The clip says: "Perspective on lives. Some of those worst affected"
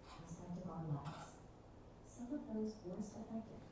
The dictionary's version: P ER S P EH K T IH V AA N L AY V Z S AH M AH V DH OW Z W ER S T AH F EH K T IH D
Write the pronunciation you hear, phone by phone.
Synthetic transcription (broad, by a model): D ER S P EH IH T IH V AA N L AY Z S AH M AH V DH OW Z W ER S T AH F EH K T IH